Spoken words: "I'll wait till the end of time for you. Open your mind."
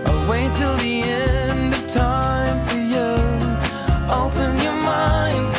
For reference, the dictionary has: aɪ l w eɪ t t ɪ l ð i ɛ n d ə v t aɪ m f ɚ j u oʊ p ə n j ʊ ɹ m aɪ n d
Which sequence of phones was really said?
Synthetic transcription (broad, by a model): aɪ w eɪ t t ɪ l ð i ɛ n d ə v t aɪ m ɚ j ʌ oʊ p ə n j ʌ ɹ m aɪ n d